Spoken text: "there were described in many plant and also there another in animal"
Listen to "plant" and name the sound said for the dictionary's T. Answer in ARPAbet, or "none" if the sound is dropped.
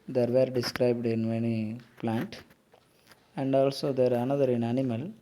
T